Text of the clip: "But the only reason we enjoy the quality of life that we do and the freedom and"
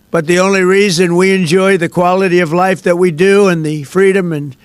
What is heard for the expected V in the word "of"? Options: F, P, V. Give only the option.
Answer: V